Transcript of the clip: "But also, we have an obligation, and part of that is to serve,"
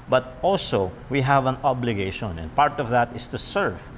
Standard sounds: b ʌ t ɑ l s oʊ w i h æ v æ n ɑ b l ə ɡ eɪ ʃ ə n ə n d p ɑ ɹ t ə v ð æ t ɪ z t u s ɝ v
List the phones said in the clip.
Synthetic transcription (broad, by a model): b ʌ t ɑ l s oʊ w i h æ v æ n ɑ b l ə ɡ eɪ ʃ ə n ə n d p ɑ ɹ t ə v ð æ t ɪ s t u s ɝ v